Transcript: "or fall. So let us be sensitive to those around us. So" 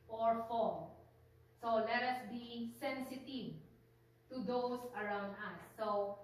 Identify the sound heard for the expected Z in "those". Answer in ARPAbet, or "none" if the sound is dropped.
S